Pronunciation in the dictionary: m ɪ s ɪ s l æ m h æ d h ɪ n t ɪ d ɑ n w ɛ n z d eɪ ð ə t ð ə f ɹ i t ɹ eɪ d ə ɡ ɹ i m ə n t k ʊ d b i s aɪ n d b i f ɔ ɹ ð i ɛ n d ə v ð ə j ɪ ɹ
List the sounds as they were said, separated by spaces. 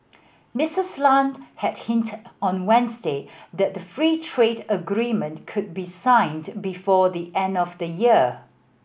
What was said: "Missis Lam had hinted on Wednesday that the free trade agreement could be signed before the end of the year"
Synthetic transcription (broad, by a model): m ɪ s ɪ s l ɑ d h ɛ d h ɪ n t ɑ n w ɛ n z d eɪ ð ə t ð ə f ɹ i t ɹ eɪ d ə ɡ ɹ i m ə n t k ʊ d b i s aɪ n d b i f ɔ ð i ɛ n d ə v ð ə j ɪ